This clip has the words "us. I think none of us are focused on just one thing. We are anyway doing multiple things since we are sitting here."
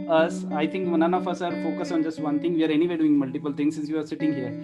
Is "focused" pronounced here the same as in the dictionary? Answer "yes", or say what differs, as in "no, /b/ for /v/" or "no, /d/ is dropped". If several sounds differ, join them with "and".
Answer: no, /t/ is dropped